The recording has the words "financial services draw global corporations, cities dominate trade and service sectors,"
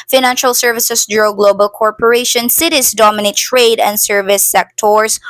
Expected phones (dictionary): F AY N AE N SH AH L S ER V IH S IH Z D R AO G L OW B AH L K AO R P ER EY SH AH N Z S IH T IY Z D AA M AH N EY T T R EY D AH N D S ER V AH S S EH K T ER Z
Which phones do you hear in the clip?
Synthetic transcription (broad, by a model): F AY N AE N SH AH L S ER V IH S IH S D R AO G L OW B AH L K AO R P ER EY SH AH N S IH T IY S D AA M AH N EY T T R EY D AH N D S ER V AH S S EH K T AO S